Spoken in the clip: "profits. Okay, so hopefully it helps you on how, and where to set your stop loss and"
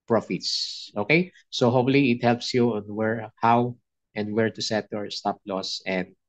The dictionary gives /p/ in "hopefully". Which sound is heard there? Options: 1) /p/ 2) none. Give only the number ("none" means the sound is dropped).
2